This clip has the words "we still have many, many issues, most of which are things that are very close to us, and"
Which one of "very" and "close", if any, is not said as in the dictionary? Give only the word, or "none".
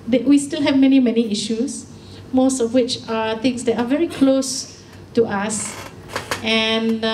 none